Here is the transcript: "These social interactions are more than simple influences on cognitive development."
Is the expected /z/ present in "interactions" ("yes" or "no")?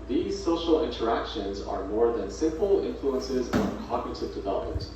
yes